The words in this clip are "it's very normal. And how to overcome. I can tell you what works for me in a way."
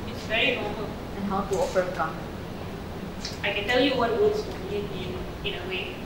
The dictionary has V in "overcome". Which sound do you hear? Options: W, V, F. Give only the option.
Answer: F